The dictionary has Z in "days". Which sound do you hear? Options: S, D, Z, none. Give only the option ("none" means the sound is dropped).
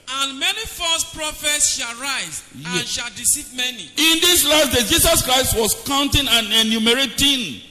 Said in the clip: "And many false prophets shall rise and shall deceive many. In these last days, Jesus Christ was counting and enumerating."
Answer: none